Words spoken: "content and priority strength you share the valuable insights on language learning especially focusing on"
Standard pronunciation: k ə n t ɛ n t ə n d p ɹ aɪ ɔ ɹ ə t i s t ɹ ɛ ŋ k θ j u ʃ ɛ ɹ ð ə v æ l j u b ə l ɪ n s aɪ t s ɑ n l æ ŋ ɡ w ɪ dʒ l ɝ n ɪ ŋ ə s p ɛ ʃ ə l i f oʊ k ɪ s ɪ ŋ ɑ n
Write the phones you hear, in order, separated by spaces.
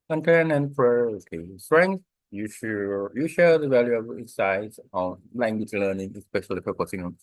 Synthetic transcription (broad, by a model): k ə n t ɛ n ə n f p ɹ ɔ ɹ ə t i s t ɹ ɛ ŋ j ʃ j u ʃ ɛ ɹ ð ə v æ l j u ə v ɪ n s aɪ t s ɑ n l æ ŋ ɡ w ɪ dʒ l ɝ n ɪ ŋ ə s p ɛ ʃ ə l i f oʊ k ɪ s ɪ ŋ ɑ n